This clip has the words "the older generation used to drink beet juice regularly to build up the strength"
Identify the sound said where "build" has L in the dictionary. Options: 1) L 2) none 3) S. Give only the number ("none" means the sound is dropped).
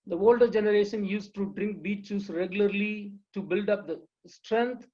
1